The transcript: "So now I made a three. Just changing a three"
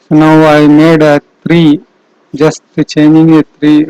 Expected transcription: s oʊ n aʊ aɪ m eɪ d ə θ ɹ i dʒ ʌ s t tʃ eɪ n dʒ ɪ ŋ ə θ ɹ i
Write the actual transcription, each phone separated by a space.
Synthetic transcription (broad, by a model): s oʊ n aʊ aɪ m eɪ d ə t ɹ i dʒ ʌ s t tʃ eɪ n ɪ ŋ ə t ɹ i